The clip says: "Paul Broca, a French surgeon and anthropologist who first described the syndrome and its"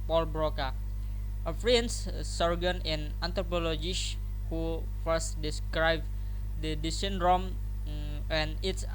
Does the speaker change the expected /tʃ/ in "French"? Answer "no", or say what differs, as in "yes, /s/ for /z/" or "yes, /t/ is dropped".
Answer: yes, /s/ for /tʃ/